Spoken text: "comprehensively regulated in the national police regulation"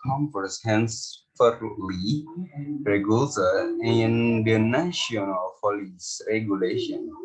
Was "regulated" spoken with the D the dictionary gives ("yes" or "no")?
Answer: no